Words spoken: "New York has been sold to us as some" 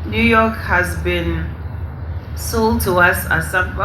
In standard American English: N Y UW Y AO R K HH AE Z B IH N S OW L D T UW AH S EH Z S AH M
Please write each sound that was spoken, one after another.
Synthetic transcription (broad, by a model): N Y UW Y AO K HH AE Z B IH N S OW L D T UW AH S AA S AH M